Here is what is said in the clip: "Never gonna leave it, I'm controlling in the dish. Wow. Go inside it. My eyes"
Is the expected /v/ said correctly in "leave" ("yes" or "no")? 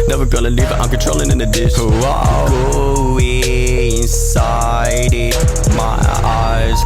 no